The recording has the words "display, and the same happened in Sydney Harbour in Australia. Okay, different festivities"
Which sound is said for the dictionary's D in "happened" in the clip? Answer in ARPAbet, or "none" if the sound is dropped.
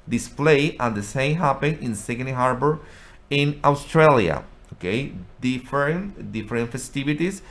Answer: none